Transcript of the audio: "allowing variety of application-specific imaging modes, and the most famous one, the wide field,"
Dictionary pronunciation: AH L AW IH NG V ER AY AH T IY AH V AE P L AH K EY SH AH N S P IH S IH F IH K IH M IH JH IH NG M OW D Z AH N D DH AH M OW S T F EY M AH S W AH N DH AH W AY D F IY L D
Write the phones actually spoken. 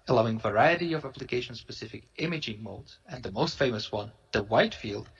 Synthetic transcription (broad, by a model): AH L AW IH NG V ER AY AH T IY AH V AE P L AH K EY SH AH N S P IH S IH F IH K IH M IH JH IH NG M OW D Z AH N DH AH M OW S T F EY M AH S W AH N DH AH W AY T F IY L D